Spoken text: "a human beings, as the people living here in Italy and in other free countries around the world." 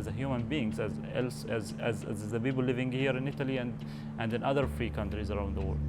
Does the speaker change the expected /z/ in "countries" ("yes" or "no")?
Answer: no